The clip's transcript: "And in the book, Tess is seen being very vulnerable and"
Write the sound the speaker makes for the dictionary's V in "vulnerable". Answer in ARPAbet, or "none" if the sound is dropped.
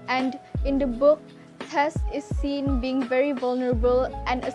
V